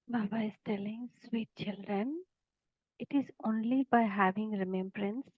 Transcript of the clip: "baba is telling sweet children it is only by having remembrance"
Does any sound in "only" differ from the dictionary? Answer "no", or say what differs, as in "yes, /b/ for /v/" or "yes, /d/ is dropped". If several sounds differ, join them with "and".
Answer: no